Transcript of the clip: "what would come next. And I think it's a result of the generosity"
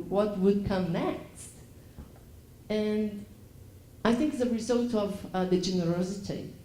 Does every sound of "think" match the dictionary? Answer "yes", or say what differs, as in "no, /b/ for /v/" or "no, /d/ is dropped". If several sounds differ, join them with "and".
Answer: yes